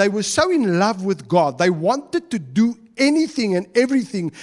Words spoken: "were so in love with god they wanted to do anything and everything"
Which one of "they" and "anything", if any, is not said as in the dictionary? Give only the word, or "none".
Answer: none